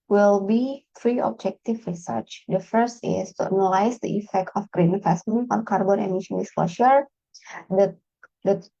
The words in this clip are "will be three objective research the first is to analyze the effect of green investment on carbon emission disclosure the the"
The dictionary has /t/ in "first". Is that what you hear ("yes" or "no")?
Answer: yes